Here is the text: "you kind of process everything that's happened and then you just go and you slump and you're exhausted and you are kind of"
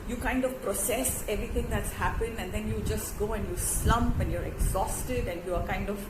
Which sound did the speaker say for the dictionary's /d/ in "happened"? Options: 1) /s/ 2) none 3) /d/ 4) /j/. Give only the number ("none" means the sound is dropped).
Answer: 2